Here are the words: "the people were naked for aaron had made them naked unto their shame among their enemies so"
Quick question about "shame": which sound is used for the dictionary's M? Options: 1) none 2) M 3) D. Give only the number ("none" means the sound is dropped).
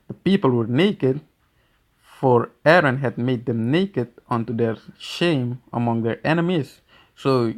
2